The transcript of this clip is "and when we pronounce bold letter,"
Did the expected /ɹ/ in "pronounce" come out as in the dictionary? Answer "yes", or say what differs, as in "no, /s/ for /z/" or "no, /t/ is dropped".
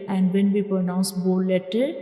yes